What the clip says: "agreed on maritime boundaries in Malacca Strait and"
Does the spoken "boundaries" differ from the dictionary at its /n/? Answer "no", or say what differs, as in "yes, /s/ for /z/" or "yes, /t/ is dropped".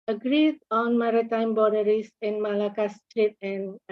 yes, /n/ is dropped